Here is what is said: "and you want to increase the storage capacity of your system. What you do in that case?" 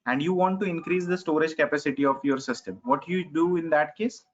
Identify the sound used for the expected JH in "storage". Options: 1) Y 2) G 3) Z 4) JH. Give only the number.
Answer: 4